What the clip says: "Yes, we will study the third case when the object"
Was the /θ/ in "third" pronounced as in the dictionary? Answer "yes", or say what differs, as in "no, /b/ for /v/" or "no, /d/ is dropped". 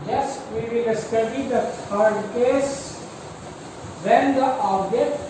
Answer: no, /f/ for /θ/